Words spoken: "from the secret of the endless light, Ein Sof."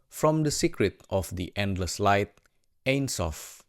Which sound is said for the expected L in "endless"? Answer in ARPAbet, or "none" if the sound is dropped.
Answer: L